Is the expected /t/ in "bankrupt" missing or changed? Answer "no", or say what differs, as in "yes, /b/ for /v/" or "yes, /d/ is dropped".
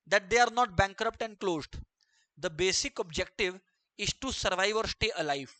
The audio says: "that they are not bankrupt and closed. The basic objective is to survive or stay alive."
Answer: no